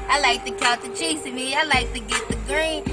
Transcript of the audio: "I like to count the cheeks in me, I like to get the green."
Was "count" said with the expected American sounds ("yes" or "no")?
no